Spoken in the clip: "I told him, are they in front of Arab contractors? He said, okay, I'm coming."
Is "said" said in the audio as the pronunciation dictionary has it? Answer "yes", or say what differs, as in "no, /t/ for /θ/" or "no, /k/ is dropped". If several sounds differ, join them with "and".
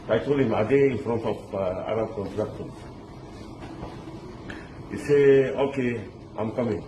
no, /d/ is dropped